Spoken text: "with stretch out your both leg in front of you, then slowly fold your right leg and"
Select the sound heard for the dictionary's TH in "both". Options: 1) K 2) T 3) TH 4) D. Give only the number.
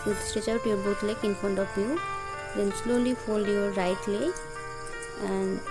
2